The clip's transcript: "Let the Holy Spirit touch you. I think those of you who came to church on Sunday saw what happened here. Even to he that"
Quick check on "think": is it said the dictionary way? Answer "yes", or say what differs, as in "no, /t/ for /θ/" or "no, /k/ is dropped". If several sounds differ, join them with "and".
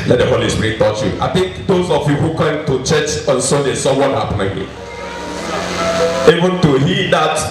no, /t/ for /θ/